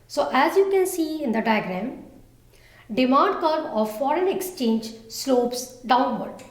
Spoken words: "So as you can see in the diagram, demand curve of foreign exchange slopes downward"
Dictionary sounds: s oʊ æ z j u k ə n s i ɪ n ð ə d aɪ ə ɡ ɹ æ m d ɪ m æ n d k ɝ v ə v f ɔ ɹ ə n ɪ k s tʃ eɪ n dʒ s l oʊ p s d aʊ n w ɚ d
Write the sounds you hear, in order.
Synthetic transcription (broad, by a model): s oʊ æ z j u k ə n s i ɪ n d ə d aɪ ə ɡ ɹ æ m d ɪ m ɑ n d k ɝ b ə v f ɔ ɹ ə n ɪ k s tʃ eɪ n dʒ s l oʊ p s d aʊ n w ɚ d